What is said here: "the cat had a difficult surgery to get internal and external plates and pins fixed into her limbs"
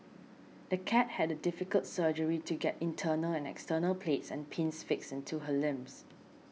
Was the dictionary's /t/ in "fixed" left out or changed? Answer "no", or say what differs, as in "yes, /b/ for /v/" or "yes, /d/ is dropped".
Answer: yes, /t/ is dropped